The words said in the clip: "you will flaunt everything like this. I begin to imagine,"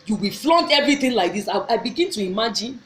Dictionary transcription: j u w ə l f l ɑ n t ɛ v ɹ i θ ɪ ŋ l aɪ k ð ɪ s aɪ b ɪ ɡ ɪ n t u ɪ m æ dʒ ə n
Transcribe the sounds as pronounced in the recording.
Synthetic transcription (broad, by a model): j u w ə f l ɑ n t ɛ v ɹ i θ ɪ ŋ l aɪ k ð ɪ s aɪ b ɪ ɡ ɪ n t u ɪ m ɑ dʒ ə n